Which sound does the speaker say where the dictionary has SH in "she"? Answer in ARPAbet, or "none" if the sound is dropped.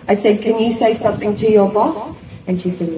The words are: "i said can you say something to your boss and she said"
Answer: SH